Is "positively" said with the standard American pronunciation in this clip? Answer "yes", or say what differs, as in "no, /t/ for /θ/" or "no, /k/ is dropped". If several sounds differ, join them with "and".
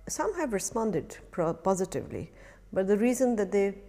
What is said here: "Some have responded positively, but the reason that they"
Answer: yes